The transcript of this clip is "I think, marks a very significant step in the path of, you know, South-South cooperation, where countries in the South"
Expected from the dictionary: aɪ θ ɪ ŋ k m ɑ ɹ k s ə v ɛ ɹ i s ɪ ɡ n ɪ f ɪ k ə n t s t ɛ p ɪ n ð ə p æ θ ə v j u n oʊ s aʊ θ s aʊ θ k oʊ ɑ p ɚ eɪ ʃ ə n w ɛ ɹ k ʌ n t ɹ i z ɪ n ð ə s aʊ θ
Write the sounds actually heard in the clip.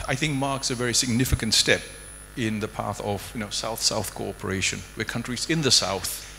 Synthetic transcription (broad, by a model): aɪ θ ɪ ŋ k m ɑ ɹ k s ə v ɛ ɹ i s ɪ ɡ n ɪ f ɪ k ə n t s t ɛ p ɪ n ð ə p æ θ ə v j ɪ n oʊ s aʊ θ s aʊ θ k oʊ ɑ p ɚ eɪ ʃ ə n w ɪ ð k ʌ n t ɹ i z ɪ n ð ə s aʊ θ